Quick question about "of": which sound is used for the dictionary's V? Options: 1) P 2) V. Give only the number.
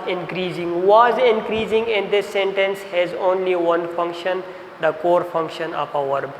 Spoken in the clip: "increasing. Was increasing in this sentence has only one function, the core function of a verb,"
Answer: 1